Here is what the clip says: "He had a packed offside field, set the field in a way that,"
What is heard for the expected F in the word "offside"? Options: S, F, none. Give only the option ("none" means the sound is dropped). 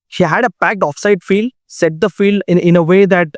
F